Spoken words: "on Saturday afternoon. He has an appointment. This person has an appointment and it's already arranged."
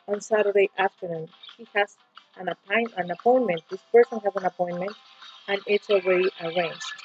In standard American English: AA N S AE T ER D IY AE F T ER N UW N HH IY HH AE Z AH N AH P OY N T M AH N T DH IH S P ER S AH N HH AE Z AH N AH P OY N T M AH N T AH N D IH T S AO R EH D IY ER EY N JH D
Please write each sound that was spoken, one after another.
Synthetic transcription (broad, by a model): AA N S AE T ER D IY AE F T ER N UW N HH IY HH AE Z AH N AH P OY N M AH N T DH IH S P ER S AH N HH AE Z AH N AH P OY N M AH N T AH N IH T S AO W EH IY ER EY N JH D